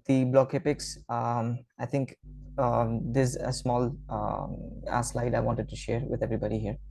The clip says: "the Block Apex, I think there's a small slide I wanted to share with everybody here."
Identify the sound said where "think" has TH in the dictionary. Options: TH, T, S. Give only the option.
T